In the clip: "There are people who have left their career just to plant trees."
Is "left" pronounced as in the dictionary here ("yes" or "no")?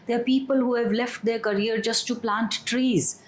yes